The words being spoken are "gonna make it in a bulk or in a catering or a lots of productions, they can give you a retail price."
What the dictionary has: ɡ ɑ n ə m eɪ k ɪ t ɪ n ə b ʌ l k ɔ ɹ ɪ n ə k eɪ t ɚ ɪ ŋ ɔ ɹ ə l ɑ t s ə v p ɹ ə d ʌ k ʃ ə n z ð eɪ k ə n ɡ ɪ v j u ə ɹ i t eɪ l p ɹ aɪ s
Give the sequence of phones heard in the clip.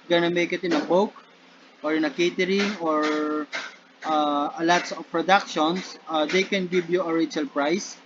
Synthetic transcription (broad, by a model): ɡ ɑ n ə m eɪ k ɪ t ɪ n ə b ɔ w k ɔ ɹ ɪ n ə k eɪ t ɚ ɪ ŋ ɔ ɹ ə l ɑ t s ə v p ɹ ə d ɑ k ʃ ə n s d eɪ k ə n ɡ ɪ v j u ə ɹ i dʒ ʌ l p ɹ aɪ s